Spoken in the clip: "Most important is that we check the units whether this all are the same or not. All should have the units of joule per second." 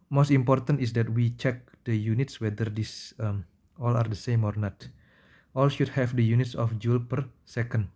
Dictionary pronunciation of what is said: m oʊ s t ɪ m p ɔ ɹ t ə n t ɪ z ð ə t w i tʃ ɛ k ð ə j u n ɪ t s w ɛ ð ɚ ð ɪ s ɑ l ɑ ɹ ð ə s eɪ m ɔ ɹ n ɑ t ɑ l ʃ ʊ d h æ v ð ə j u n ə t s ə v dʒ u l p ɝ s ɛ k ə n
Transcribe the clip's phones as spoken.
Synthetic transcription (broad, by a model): m oʊ s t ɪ m p ɔ ɹ t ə n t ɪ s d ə t w i tʃ ɛ k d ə j u n ɪ t s w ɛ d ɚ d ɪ s ɑ l ɑ ɹ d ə s eɪ m ɔ ɹ n ɑ t ɑ l ʃ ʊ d h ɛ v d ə j u n ə t s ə f dʒ u l p ɝ s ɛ k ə n